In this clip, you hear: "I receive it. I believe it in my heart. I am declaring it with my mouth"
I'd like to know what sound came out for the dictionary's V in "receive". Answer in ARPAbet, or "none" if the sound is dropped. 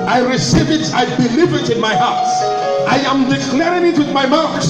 V